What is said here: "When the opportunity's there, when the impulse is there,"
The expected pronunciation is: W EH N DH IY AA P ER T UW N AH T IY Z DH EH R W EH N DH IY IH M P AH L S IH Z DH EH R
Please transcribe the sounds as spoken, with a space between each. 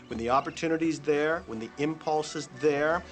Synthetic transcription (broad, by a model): W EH N DH IY AA P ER T UW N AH T IY Z DH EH R W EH N DH IY IH M P AH L S IH Z DH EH R